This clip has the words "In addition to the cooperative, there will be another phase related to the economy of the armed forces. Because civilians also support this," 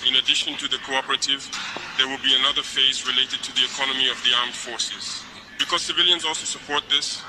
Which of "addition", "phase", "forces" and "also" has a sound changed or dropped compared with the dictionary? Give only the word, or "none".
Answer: none